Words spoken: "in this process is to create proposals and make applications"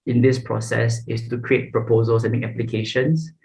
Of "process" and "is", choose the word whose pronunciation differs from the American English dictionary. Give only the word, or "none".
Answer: is